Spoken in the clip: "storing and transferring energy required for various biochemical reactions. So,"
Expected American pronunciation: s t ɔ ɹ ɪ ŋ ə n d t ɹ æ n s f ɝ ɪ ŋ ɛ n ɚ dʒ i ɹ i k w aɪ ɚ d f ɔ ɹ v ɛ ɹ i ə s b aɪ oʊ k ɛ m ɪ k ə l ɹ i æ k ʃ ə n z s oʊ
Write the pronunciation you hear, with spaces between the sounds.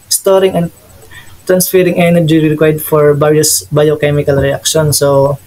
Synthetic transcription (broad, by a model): s t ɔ ɹ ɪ ŋ ə n d t ɹ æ n s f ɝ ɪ ŋ ɛ n ɚ dʒ i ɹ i k w aɪ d f ɔ ɹ b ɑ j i s b aɪ oʊ k ɛ m ɪ k ə l ɹ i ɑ k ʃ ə n s oʊ